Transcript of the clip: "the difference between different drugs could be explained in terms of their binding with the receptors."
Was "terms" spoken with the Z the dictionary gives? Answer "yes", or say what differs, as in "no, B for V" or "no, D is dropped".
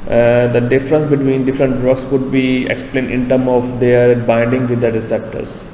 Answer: no, Z is dropped